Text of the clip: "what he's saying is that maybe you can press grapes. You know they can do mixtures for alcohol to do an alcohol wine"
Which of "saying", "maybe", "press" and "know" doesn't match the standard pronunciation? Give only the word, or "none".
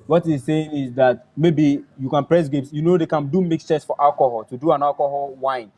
none